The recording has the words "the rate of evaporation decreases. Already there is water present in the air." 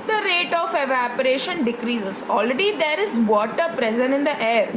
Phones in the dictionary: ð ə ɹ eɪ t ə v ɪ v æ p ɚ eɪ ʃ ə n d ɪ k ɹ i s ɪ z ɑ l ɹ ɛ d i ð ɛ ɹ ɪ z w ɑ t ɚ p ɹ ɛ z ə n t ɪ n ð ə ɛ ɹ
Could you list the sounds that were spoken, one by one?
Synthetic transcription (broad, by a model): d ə ɹ eɪ t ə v ɪ v æ p ɚ eɪ ʃ ə n d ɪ k ɹ i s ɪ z ɑ l ɹ ɛ d i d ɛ ɹ ɪ z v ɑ t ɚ p ɹ ɛ z ə n t ɪ n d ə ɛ ɹ